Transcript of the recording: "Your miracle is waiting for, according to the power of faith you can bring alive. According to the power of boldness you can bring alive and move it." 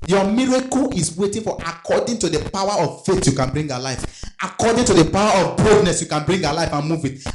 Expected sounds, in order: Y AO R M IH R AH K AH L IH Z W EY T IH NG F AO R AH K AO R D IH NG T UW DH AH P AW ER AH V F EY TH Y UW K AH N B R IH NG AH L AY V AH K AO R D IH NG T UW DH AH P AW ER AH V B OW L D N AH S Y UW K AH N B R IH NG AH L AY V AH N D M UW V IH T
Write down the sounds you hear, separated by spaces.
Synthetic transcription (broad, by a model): Y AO M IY R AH K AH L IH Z W EY T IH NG F AO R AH K AO D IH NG T UW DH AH P AW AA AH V F EY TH Y UW K AH N B R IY NG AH L AY F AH K AO D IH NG T UW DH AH P AW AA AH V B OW D N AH S Y UW K AH N B R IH NG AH L AY F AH N M UW V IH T